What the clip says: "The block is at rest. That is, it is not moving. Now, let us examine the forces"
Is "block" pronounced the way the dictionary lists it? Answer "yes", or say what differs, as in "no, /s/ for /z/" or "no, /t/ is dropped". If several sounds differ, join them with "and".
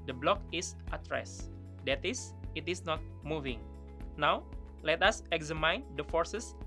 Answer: yes